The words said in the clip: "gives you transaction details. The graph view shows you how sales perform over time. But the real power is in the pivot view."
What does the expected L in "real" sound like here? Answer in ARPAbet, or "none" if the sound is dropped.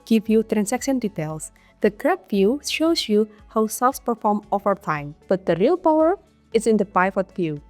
L